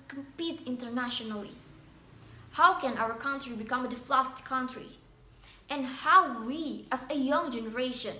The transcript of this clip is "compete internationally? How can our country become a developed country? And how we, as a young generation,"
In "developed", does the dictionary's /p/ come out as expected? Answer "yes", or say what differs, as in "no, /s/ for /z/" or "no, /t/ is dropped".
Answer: no, /f/ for /p/